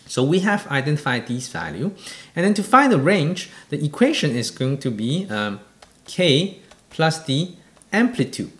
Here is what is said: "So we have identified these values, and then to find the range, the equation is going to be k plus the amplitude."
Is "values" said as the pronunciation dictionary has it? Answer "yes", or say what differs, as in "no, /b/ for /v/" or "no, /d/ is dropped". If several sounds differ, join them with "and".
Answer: no, /z/ is dropped